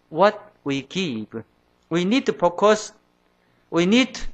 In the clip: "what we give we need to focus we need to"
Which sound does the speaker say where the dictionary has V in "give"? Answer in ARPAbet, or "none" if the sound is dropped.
P